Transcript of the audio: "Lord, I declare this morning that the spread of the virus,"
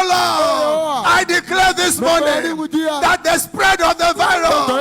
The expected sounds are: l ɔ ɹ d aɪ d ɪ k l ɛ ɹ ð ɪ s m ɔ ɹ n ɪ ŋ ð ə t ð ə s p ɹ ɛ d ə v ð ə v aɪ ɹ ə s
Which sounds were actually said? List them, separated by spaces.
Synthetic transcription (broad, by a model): l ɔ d aɪ d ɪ k l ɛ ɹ ð ɪ s m ɔ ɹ n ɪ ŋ ð ə t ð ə s p ɹ ɛ d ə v ð ə v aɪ ɹ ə